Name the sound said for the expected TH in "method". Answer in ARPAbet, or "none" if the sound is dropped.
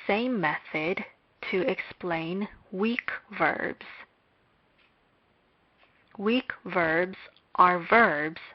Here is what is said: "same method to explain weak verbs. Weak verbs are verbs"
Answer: TH